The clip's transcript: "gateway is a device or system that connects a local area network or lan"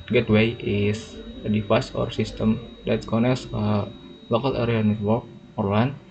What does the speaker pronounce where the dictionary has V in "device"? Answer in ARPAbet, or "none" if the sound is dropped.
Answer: F